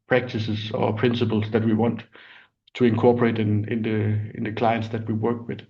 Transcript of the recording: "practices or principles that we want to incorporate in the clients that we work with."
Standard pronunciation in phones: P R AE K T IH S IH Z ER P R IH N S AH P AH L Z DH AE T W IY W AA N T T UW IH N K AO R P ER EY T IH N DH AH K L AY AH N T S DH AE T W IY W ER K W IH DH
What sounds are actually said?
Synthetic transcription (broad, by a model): P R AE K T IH S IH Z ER P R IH N S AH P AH L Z DH AE T W IY W AA N T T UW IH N K AO P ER EY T IH N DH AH K L AY AH N T S DH AE T W IY W ER K W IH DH